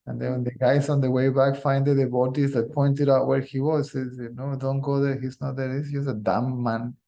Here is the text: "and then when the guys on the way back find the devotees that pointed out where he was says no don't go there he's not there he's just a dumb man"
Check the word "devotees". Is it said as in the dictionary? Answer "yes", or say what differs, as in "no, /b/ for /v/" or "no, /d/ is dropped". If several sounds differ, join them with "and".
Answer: no, /b/ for /v/